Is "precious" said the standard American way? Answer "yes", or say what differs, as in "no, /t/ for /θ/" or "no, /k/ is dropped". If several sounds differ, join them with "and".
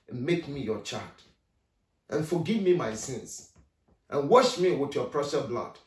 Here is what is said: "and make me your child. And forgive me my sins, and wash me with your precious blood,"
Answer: no, /s/ is dropped